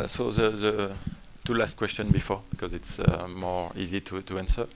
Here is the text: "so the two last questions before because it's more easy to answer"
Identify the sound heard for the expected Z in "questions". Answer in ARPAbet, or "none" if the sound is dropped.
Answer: none